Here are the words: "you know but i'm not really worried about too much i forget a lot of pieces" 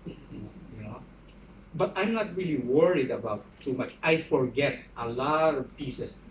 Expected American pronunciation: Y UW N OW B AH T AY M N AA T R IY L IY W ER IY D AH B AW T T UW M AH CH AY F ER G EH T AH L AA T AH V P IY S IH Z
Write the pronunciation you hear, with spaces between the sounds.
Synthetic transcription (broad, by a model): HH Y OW B AH T AY M N AA T R IY L IY W ER IY D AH B AW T T UW M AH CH AY F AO G EH T AH L AA T AH V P IY S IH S